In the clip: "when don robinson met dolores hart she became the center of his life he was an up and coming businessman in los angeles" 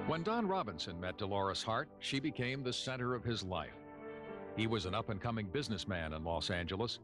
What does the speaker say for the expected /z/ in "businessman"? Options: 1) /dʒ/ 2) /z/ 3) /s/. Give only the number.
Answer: 2